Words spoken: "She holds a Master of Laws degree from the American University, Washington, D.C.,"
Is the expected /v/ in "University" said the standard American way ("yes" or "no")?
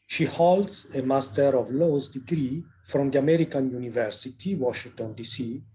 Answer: yes